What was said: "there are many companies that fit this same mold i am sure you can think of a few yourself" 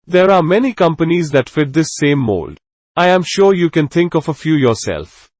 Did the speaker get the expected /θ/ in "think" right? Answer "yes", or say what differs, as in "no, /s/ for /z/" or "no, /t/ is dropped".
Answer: no, /t/ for /θ/